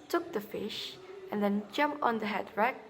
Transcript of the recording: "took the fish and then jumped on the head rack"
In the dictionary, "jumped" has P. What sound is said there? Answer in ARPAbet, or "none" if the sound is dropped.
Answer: P